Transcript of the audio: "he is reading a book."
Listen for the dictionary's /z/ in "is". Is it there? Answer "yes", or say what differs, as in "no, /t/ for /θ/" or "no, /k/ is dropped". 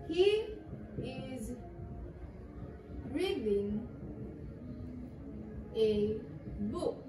yes